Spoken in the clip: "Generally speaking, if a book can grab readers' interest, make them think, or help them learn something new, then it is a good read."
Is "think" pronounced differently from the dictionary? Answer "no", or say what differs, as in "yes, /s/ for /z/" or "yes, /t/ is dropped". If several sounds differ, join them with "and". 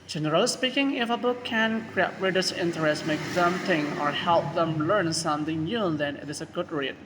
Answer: yes, /k/ is dropped